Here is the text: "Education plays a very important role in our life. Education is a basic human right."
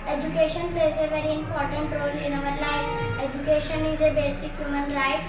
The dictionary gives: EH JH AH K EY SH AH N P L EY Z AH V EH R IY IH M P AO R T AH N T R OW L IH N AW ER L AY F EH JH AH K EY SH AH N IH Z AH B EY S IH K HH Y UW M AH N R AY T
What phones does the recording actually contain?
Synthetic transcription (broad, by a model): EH JH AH K EY SH AH N P L EY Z AH V EH R IY IH M P AO R T AH N T R OW L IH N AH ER L AY EH JH AH K EY SH AH N IH Z AH B EY S IH K HH Y UW M AH N R AY T